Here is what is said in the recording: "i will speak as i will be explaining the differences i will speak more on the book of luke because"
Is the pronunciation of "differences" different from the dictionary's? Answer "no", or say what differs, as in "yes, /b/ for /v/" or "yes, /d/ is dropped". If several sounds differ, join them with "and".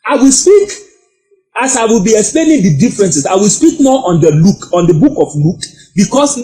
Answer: yes, /s/ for /z/